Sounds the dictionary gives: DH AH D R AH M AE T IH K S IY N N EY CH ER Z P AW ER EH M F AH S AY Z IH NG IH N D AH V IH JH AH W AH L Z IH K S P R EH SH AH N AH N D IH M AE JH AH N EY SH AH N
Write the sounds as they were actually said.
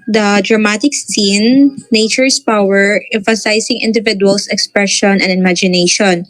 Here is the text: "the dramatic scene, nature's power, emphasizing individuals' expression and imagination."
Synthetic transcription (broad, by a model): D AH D R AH M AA T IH K S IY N N EY CH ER S P AW ER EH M F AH S AY S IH NG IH N D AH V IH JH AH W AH L S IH K S P R EH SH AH N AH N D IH M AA JH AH N EY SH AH N